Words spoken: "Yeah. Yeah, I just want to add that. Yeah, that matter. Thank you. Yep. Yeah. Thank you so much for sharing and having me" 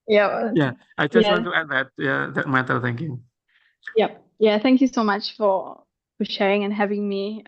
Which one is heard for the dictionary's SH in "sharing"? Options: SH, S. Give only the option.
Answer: SH